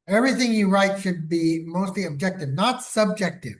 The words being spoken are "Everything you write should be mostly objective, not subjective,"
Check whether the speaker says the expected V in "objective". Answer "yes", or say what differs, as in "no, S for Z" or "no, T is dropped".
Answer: yes